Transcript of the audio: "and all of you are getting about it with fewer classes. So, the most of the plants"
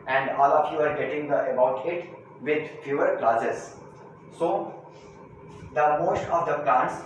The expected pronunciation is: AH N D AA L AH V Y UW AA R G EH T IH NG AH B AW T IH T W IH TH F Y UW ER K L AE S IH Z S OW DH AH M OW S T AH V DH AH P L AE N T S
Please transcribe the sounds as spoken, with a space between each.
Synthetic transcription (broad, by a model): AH N D AA L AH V Y UW AA R G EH T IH NG AH B AW T IH T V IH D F Y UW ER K L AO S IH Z S OW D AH M OW S T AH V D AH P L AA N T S